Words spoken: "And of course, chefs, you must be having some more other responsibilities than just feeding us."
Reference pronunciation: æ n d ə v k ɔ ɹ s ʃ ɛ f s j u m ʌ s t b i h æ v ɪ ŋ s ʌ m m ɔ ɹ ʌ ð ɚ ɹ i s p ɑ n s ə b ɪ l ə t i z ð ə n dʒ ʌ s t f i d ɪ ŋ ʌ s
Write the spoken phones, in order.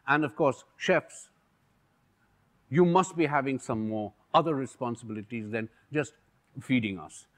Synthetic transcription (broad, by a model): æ n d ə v k ɔ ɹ s ʃ ɛ f s j u m ʌ s t b i h æ v ɪ ŋ s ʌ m m ɔ ɹ ʌ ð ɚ ɹ i s p ɑ n s ə b ɪ l ə t i z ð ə n dʒ ʌ s t f i d ɪ ŋ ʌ s